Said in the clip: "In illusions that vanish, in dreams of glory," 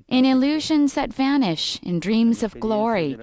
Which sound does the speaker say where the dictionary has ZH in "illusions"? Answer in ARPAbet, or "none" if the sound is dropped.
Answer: ZH